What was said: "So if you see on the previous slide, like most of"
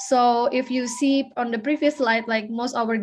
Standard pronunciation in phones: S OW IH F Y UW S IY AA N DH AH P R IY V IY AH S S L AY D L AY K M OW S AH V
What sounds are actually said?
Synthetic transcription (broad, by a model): S OW IH F Y UW S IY AA N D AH B R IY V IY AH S S L AY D L AY K M OW S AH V